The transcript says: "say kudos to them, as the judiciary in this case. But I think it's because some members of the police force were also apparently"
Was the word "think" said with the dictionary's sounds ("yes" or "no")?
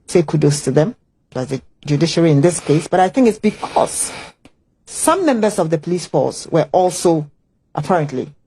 yes